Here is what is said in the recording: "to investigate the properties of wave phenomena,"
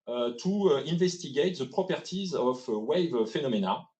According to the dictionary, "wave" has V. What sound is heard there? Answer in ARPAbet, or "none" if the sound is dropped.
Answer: V